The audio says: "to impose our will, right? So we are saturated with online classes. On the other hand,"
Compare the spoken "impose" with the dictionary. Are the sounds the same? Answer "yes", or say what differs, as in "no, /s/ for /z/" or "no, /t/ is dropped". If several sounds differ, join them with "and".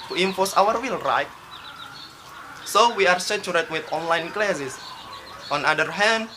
no, /f/ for /p/ and /s/ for /z/